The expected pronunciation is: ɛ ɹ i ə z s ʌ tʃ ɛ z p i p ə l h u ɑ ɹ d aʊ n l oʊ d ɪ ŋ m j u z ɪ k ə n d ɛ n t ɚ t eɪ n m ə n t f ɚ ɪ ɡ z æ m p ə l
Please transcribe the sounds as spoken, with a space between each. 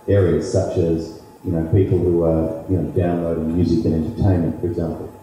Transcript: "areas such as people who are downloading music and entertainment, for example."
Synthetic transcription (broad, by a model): ɛ ɹ i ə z s ʌ tʃ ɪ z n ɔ p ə l h u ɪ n d aʊ n l oʊ d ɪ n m j u z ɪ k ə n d ɛ n t ɚ t eɪ n m ə n t f ɚ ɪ ɡ z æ m p l